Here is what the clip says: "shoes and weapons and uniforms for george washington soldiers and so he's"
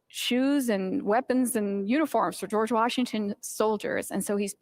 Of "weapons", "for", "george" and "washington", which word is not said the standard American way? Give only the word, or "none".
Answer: none